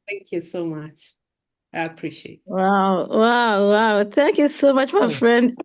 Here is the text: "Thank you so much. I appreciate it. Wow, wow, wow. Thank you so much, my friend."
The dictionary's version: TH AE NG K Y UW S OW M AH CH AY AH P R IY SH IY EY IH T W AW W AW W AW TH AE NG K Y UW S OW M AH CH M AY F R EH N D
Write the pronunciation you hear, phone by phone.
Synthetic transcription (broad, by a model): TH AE NG K Y UW S OW M AH CH AY AH P R IY SH IY EY IH T W AW W AW W AW TH AE NG K Y UW S OW M AH CH M AY F R EH N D